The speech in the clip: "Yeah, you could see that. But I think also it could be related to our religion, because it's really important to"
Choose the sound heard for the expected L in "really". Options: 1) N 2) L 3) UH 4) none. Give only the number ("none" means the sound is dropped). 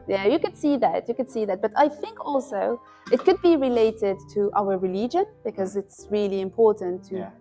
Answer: 2